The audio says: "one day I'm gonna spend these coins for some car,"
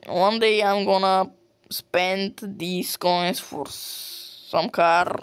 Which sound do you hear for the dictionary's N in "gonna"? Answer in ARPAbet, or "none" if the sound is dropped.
N